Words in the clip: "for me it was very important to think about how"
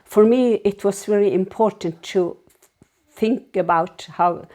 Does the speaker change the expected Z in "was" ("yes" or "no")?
yes